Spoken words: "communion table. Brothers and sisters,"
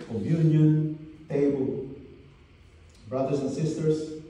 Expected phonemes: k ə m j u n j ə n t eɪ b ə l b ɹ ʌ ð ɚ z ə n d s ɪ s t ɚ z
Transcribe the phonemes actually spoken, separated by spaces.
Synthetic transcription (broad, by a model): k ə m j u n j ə n t eɪ b ə l b ɹ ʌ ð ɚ s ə n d s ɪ s t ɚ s